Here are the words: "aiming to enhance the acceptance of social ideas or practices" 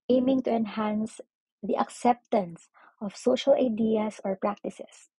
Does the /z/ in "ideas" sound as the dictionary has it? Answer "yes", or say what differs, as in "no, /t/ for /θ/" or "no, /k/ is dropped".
no, /s/ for /z/